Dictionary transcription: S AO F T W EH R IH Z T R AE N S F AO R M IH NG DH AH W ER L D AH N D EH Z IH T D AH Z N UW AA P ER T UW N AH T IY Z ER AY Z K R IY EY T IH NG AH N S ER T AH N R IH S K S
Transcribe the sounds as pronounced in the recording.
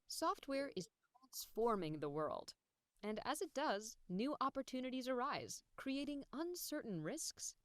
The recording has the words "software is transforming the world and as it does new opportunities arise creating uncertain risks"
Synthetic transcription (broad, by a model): S AO F T W EH R IH Z T R AE N S F AO R M IH NG DH AH W ER L D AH N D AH Z IH T D AH Z N UW AA P ER T UW N AH T IY Z ER AY Z K R IY EY T IH NG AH N S ER T N R IH S K S